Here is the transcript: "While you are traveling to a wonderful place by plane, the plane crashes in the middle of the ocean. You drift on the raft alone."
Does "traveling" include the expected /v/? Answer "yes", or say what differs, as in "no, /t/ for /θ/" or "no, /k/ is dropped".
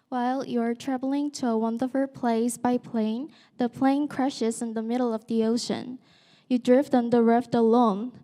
yes